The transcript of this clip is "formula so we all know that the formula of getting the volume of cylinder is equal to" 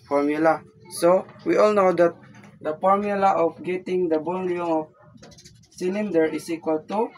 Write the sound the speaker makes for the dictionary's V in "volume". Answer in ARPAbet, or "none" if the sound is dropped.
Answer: B